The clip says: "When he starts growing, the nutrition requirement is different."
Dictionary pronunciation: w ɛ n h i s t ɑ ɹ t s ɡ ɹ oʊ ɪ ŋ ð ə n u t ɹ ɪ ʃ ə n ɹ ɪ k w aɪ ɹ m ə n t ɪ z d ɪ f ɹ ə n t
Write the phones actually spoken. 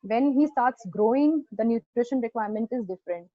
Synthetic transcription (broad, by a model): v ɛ n h i s t ɑ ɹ t s ɡ ɹ oʊ ɪ ŋ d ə n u t ɹ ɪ ʃ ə n ɹ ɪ k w aɪ ɹ m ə n t ɪ z d ɪ f ɹ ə n t